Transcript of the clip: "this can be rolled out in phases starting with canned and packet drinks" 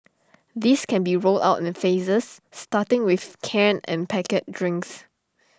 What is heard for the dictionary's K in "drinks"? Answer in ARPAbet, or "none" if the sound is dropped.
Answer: K